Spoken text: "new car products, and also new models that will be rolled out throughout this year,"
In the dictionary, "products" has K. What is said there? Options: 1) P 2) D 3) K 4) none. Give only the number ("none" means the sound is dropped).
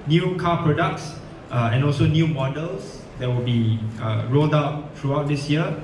3